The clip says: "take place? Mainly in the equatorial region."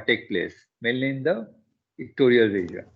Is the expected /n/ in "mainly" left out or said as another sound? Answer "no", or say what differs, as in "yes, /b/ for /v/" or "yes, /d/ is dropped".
yes, /n/ is dropped